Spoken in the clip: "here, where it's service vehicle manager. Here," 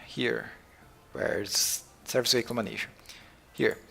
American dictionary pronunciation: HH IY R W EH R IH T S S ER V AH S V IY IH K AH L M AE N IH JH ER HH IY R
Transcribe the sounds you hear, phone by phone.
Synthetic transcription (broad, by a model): HH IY R W EH R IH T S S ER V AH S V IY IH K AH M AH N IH SH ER HH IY R